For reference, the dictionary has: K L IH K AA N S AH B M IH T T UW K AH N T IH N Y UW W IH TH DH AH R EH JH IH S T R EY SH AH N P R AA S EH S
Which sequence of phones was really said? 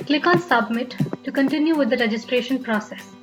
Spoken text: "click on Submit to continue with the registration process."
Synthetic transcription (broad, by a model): K L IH K AA N S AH B M IH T T UW K AH N T IH N Y UW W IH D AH R EH JH IH S T R EY SH AH N P R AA S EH S